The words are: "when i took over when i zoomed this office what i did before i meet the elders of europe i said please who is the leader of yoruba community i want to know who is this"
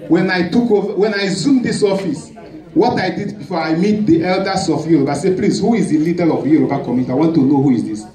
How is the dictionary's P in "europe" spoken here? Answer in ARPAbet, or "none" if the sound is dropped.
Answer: B